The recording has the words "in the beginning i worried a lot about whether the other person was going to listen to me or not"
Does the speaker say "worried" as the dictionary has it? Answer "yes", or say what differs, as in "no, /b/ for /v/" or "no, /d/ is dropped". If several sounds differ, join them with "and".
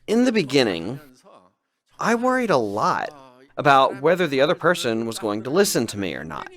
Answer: yes